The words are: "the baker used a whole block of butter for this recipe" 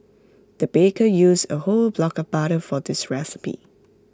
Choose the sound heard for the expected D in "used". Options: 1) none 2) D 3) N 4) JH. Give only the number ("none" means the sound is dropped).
1